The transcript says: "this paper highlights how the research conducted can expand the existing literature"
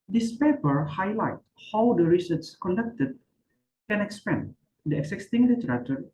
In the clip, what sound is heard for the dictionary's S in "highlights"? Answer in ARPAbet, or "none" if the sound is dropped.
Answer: none